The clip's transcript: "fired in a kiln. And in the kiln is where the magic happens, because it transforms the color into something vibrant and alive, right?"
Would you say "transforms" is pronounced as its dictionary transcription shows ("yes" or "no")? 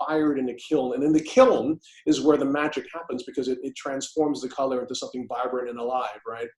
yes